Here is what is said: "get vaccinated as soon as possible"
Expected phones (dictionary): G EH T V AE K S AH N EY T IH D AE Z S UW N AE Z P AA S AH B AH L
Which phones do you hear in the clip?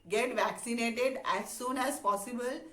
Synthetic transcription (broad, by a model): G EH T V AE K S AH N EY T IH D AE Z S UW N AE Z P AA S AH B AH L